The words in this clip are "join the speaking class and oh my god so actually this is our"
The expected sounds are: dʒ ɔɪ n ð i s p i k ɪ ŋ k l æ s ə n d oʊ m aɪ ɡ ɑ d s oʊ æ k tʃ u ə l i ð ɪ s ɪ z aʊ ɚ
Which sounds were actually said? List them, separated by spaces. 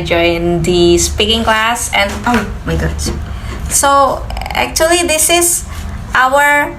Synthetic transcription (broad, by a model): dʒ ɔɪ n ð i s p i k ɪ ŋ k l æ s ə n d oʊ m aɪ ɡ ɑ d s oʊ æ k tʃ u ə l i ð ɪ s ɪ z aʊ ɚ